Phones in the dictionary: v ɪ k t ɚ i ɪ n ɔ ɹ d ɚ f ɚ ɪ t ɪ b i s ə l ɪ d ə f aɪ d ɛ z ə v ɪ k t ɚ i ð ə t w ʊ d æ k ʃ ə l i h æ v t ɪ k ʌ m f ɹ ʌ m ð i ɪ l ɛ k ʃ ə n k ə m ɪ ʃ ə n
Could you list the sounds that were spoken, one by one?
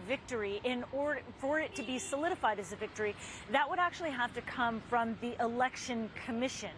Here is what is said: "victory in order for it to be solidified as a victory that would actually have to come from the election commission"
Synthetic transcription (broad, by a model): v ɪ k t ɚ i ɪ n ɔ ɹ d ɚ f ɚ ɪ t ɪ b i s ə l ɪ d ə f aɪ d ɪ z ə v ɪ k t ɚ i ð ə t w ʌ d æ k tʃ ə l i h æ f t ɪ k ʌ m f ɹ ʌ m ð i ɪ l ɛ k ʃ ə n k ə m ɪ ʃ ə n